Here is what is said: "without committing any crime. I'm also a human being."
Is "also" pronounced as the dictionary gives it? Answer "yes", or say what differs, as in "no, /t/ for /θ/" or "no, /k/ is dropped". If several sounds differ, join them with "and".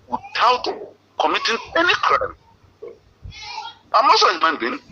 no, /l/ is dropped